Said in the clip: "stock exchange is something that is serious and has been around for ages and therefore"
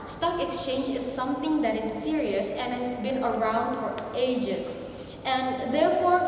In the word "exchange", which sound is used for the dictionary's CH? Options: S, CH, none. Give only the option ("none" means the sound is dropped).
CH